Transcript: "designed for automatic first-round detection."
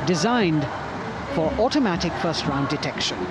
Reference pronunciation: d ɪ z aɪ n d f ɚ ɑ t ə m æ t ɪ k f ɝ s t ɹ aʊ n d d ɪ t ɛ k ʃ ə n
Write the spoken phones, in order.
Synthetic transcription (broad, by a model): d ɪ z aɪ n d f ɚ ɑ t ə m æ t ɪ k f ɝ s t ɹ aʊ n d d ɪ t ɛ k ʃ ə n